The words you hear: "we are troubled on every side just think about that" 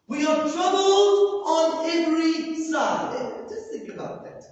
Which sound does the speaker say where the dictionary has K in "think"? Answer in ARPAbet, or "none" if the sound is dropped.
K